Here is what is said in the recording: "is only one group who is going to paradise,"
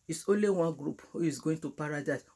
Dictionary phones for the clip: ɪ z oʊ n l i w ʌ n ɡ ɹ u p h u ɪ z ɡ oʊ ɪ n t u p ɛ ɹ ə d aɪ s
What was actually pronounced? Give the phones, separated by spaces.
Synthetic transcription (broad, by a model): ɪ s oʊ n l i w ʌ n ɡ ɹ u p h u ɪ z ɡ oʊ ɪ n t u p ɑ ɹ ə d aɪ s